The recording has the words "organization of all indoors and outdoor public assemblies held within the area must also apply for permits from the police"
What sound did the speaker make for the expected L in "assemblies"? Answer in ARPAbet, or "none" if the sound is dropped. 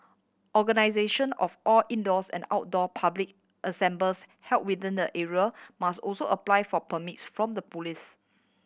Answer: none